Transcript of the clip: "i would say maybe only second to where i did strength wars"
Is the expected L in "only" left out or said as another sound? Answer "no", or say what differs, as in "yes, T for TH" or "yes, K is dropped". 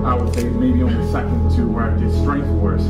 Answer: yes, L is dropped